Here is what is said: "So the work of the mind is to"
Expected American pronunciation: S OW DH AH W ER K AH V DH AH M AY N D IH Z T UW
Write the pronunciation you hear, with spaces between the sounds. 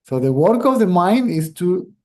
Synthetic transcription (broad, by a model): S OW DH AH W ER K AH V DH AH M AY N D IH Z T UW